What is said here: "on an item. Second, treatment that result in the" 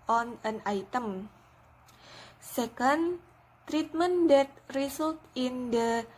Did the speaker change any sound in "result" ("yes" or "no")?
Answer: yes